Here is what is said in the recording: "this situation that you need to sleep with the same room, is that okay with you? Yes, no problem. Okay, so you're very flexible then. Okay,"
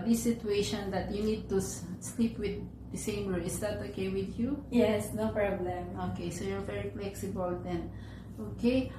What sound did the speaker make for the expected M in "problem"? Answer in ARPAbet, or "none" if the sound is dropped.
M